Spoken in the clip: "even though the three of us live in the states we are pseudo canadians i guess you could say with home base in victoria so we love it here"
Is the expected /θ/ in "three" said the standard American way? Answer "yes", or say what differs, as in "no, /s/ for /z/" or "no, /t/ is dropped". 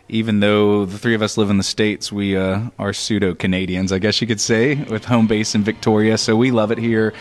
yes